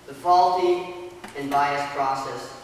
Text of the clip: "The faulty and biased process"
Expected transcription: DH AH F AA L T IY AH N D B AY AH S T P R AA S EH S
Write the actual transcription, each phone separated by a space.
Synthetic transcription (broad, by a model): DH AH F AA L T IY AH N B AY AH S P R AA S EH S